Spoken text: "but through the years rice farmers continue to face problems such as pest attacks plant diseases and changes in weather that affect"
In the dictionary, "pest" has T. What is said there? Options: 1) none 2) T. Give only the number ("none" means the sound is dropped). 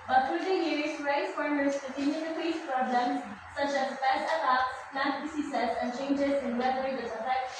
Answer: 1